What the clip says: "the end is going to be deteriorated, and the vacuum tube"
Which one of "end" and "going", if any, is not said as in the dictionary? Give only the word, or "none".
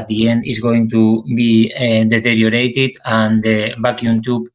none